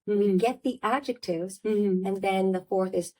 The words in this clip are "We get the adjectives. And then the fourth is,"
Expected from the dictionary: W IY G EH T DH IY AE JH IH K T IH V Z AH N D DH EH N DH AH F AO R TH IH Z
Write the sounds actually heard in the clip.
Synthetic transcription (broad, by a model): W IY G EH T DH IY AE JH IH K T IH V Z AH N DH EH N DH AH F AO R TH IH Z